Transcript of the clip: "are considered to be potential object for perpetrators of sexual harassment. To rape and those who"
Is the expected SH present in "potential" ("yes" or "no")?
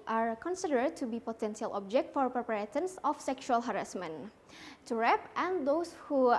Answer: no